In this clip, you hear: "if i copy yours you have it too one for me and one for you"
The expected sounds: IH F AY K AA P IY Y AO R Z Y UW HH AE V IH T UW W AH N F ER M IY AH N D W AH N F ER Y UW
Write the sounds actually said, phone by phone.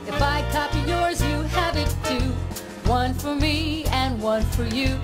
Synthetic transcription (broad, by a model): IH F AY K AA P IY Y AO R Z Y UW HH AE V IH T UW W AH N F ER M IY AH N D W AH N F ER Y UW